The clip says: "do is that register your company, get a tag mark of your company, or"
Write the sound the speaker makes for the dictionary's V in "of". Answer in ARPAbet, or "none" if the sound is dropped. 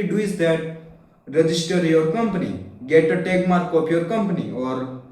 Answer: P